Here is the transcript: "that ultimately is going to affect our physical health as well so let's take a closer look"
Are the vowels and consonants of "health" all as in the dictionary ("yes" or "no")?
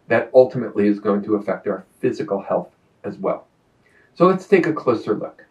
yes